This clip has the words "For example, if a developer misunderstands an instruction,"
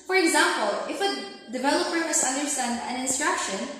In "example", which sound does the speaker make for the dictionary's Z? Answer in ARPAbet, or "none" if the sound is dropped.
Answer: Z